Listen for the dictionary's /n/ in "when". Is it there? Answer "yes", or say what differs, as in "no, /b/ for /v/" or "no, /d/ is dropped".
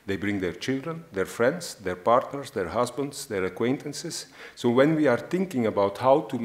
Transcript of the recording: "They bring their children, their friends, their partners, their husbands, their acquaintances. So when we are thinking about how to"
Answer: yes